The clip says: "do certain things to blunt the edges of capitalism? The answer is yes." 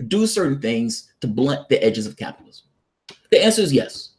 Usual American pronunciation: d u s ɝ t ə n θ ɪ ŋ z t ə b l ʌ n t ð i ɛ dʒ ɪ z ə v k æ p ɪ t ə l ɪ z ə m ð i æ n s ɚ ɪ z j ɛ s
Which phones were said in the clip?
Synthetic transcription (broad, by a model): d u s ɝ t n θ ɪ ŋ z t ə b l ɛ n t ð i ɛ dʒ ɪ z ə v k æ p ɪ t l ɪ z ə m ð i æ n s ɚ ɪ z j ɛ s